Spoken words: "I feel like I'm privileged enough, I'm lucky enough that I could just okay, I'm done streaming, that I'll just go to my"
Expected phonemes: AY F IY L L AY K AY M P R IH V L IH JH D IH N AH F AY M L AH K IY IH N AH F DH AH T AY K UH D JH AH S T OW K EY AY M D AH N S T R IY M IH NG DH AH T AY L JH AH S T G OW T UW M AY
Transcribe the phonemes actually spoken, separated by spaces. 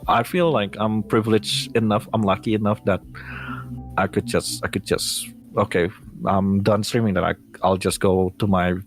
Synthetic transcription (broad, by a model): AY F IY L L AY K AY M P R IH V L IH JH IH N AH F AY M L AH K IY IH N AH F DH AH T AY K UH D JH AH S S OW K EY AY M D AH N S T R IY M IH NG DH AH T AY L JH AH S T G OW T UW M AY